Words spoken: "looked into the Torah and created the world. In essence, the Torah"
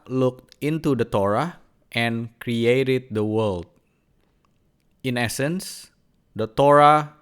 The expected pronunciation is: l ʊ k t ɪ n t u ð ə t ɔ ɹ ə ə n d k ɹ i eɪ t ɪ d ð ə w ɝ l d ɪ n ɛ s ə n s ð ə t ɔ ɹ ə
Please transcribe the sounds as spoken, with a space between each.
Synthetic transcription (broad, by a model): l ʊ k t ɪ n t u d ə t ɔ ɹ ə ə n k ɹ i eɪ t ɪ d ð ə w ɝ l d ɪ n ɛ s ə n s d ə t ɔ ɹ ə